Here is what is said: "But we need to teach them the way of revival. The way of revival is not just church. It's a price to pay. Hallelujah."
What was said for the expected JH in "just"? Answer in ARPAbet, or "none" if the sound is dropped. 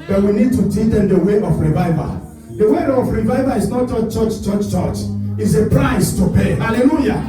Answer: CH